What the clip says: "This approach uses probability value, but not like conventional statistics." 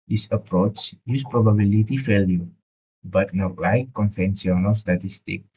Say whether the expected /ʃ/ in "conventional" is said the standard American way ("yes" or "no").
no